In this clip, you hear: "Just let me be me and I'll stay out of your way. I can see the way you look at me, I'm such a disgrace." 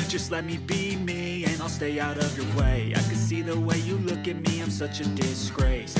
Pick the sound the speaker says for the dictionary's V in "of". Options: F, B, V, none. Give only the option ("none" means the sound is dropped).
V